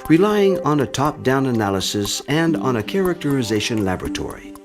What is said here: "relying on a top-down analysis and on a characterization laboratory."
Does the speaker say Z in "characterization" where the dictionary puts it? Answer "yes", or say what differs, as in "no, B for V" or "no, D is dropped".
yes